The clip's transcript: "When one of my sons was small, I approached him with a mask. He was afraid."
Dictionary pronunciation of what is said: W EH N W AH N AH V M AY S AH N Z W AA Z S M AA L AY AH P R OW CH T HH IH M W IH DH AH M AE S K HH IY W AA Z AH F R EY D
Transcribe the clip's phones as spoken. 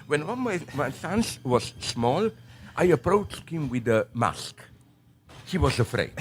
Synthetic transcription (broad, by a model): W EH N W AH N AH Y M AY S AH N S W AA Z S M AA L AY AH P R OW CH T HH IH M W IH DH AH M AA S K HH IY W AA Z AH F R EY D